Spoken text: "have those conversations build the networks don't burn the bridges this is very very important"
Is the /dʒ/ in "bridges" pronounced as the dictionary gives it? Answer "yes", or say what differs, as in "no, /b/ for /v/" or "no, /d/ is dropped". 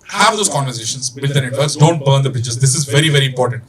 no, /tʃ/ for /dʒ/